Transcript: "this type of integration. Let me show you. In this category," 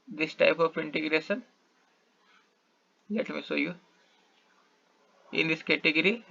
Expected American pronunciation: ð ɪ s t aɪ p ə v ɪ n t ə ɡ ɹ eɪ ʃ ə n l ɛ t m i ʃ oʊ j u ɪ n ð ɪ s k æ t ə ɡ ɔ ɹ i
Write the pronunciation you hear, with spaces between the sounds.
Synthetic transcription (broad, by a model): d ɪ s t aɪ p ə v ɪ n t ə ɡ ɹ eɪ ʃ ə n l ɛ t m i s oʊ j u ɪ n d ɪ s k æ t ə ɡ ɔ ɹ i